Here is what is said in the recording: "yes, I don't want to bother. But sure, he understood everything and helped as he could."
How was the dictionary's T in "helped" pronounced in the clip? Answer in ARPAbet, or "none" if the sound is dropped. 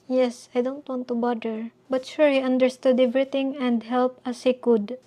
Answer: none